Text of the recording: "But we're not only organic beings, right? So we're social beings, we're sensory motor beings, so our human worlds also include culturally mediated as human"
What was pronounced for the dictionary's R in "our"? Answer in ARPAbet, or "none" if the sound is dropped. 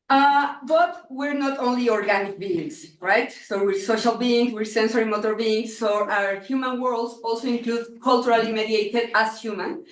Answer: R